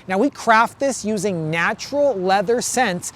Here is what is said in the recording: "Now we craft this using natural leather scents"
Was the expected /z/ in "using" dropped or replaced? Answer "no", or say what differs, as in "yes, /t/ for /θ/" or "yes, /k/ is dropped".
no